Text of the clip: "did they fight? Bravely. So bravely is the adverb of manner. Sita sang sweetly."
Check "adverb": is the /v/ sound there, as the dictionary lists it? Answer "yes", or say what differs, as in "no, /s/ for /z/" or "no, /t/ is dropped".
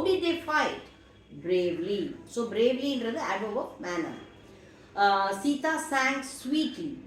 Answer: no, /v/ is dropped